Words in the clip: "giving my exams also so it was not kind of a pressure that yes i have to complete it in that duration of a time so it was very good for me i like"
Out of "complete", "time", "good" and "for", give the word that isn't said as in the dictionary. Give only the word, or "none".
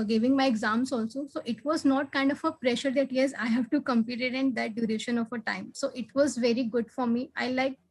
complete